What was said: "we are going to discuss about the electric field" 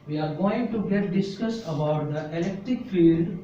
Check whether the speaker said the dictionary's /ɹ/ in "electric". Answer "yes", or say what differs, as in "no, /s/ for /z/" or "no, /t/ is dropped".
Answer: yes